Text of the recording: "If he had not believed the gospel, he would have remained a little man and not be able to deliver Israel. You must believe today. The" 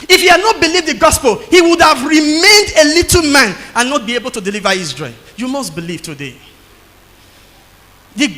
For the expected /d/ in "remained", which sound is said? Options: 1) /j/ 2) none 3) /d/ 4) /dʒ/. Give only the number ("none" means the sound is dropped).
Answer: 3